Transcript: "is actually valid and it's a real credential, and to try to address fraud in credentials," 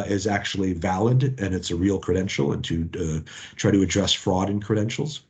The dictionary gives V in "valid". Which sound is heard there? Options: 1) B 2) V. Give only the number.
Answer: 2